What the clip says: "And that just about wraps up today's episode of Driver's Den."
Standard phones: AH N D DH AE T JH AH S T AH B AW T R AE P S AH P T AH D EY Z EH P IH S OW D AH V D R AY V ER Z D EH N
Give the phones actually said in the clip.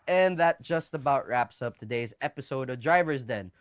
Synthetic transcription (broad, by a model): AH N DH AE T JH AH S T AH B AW T R AE P S AH P T AH D EY Z EH P IH S OW D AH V D R AY V ER Z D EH N